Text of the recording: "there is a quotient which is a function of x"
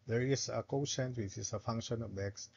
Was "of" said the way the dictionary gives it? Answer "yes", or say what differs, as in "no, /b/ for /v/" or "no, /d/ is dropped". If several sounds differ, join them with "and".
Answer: no, /b/ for /v/